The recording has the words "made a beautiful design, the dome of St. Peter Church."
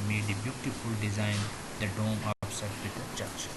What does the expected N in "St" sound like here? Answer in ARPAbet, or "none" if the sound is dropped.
none